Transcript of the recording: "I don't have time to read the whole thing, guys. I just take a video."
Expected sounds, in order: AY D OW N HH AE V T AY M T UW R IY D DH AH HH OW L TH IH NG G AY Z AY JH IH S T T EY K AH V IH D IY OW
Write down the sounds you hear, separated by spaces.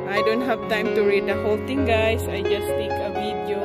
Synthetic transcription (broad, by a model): AY D OW N HH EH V T AY M T UW R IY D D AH HH OW L T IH NG G AY S AY JH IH S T T EY K AH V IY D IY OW